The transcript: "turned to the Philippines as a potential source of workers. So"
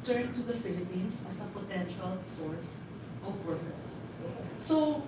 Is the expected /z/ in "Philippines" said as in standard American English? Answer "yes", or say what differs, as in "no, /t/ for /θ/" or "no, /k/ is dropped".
no, /s/ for /z/